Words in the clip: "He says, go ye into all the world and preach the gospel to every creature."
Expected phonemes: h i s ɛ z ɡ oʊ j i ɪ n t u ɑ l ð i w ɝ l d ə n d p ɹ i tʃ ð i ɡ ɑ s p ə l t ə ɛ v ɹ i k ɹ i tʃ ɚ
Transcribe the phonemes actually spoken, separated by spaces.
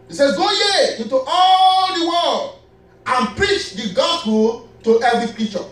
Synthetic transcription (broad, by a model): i s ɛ ɡ oʊ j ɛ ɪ n t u ɑ l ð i w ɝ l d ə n p ɹ i tʃ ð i ɡ ɑ s p ə l t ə ɛ v ɹ i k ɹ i tʃ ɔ